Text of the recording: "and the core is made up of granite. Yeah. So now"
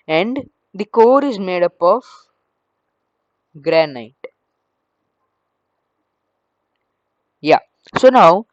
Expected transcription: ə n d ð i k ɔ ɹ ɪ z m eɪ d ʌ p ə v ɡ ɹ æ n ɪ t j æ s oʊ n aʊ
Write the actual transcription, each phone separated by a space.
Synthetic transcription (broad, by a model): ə n d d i k ɔ ɹ ɪ z m eɪ d ʌ p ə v ɡ ɹ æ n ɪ t j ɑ s oʊ n aʊ